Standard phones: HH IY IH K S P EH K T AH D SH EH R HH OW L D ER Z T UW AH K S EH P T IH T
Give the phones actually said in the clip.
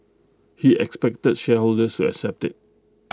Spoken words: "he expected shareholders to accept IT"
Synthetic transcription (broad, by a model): HH IY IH K S P EH K T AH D SH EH HH OW L D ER S T UW AH K S EH P T IH T